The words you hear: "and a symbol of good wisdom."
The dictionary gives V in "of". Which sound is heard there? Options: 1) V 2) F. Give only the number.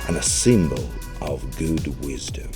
1